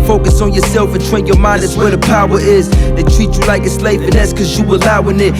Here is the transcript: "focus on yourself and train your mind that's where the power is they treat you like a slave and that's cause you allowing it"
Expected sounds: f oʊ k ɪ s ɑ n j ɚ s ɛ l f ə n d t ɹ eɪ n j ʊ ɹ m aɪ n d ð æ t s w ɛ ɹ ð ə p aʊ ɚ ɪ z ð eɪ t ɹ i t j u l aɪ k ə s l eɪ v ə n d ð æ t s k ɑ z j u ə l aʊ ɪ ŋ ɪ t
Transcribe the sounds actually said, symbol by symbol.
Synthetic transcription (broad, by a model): f oʊ k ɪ s n j ɚ s ɛ l f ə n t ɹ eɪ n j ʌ ɹ m aɪ n d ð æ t s w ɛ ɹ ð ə p aʊ ɚ ɪ z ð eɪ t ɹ i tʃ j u l aɪ k ə s l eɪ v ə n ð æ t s k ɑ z j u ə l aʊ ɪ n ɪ t